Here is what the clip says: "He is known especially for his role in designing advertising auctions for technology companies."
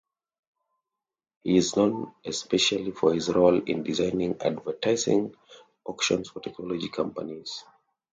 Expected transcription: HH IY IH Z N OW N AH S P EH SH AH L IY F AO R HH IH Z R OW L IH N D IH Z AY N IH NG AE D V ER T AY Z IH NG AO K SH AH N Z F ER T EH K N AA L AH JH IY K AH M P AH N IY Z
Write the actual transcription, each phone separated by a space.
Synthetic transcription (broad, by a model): HH IY IH Z N OW N AH S P EH SH AH L IY F AO R HH IH Z R OW L IH N D IH Z AY N IH NG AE D V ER T AY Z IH NG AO K SH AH N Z F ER T EH K N AA L AH JH IY K AH M P AH N IY Z